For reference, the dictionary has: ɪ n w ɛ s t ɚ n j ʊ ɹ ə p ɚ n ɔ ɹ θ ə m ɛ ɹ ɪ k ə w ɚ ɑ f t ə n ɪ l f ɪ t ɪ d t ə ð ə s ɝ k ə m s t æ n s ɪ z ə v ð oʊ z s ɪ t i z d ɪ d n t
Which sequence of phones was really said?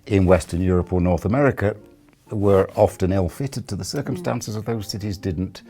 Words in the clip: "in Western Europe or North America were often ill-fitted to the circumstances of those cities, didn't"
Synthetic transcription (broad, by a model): ɪ n w ɛ s t ɚ n j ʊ ɹ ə p ɚ n ɔ ɹ θ ə m ɛ ɹ ɪ k ə w ɚ ɑ f t ə n ɪ l f ɪ t ɪ d t ə ð ə s ɝ k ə m s t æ n s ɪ z ə v ð oʊ z s ɪ t i z d ɪ d n t